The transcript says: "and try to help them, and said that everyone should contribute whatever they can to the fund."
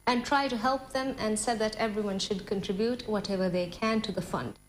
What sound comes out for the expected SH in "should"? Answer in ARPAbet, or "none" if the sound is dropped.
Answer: SH